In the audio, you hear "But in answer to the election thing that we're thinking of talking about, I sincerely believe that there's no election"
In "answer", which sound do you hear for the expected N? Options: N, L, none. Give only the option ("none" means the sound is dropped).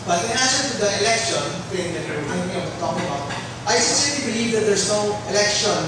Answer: none